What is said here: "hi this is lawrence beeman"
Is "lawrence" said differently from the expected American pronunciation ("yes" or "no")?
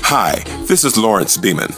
no